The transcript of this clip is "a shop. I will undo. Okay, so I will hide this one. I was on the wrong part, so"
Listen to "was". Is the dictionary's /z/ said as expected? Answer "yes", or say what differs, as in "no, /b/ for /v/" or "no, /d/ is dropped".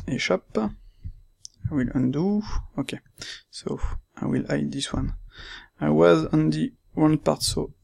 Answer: yes